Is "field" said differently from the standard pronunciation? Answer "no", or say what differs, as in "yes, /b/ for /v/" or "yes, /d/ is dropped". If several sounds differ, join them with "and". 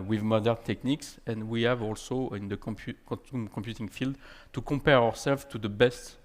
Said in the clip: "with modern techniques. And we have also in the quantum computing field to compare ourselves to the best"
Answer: no